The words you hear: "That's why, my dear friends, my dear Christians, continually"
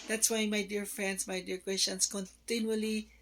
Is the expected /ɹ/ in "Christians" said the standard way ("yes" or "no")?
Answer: no